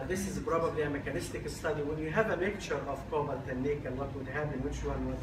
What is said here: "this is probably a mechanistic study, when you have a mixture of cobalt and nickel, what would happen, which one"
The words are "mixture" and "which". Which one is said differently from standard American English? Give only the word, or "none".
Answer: mixture